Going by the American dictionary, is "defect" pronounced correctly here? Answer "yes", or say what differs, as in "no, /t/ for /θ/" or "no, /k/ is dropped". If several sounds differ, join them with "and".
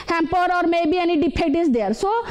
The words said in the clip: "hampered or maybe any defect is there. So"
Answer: no, /p/ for /f/